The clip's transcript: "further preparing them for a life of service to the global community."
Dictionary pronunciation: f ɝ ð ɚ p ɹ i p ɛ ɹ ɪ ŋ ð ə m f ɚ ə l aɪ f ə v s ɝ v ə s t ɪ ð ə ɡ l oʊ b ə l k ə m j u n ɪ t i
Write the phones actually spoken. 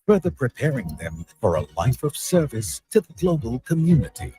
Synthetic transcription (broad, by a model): f ɝ ð ɚ p ɹ i p ɛ ɹ ɪ ŋ ð ə m f ɚ ə l aɪ f ə v s ɝ v ə s t ɪ ð ə ɡ l oʊ b ə l k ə m j u n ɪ t i